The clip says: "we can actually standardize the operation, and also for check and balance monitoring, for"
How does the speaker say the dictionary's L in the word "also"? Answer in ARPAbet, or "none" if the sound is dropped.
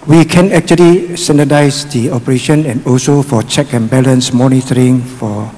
L